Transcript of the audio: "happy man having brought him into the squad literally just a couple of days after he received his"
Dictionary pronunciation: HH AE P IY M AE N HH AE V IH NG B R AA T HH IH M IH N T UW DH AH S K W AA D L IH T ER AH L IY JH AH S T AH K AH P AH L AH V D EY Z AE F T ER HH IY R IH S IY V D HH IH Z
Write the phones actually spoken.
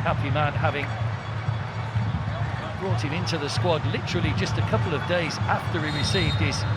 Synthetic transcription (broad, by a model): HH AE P IY M AE N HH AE V IH NG B R AA T HH IH M IH N T UW DH AH S K W AA D L IH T ER L IY JH AH S T AH K AH P L AH V D EY Z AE F T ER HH IY R IH S IY V D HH IH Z